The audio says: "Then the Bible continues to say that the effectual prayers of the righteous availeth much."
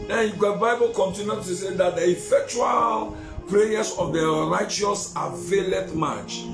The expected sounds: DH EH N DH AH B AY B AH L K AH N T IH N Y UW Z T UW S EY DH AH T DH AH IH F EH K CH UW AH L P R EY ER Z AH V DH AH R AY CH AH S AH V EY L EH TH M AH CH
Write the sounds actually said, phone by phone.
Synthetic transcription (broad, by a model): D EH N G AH B AY B AH L K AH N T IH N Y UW T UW S EY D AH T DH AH IH F EH K CH UW AH L P R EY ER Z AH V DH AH R AY CH AH S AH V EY L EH T M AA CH